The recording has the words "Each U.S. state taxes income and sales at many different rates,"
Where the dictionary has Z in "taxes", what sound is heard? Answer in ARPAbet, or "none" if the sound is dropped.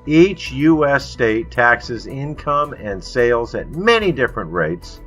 Z